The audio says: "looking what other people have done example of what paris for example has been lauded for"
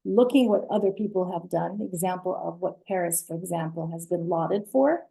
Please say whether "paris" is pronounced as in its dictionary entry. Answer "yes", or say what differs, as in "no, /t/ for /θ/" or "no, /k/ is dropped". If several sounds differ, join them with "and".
yes